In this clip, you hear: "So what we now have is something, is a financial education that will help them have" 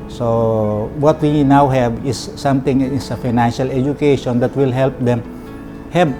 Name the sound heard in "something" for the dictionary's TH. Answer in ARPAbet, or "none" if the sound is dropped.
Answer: T